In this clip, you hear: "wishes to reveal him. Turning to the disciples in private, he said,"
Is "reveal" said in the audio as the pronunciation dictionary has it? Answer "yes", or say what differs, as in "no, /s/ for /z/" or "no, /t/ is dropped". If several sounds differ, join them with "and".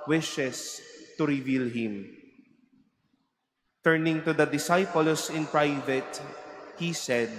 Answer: yes